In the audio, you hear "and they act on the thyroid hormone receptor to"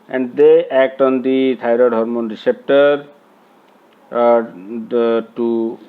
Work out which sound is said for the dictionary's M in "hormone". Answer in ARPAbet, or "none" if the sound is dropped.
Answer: M